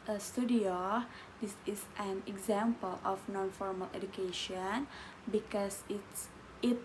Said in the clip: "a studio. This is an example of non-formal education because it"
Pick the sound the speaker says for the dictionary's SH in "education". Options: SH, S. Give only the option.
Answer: SH